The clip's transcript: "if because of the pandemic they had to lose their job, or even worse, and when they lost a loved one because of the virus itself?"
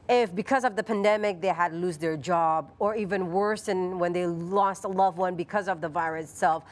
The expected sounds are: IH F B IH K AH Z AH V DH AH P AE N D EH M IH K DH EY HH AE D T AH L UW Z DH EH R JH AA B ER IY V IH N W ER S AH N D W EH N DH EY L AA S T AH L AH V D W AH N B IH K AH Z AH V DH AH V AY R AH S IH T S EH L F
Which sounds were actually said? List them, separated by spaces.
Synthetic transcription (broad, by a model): IH F B IH K AH Z AH V DH AH P AE N D EH M IH K DH EY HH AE D L UW Z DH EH R JH AA B ER IY V IH N W ER S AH N W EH N DH EY L AA S T AH L AH V W AH N B IH K AH Z AH V DH AH V AY R AH S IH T S EH L F